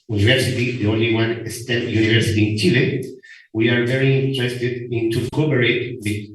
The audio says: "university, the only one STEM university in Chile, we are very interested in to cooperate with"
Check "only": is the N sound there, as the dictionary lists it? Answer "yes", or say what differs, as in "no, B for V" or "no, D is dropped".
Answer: yes